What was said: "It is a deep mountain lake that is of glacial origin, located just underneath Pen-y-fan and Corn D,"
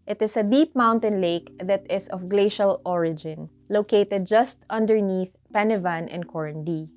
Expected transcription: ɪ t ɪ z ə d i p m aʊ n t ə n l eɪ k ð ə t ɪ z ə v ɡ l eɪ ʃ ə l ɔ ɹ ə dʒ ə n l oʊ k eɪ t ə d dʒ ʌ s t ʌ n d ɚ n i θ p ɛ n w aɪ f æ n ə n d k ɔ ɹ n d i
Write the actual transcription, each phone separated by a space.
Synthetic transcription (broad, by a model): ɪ t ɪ s ə d i p m aʊ n t ə n l eɪ k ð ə t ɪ s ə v ɡ l eɪ ʃ ə l ɔ ɹ ə dʒ ə n l oʊ k eɪ t ə d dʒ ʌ s t ʌ n d ɚ n i θ p ɛ n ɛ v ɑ n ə n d k ɔ ɹ n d i